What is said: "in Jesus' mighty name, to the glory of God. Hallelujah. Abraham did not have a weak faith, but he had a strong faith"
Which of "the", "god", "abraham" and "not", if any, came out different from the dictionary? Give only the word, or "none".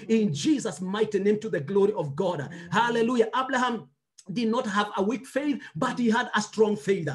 abraham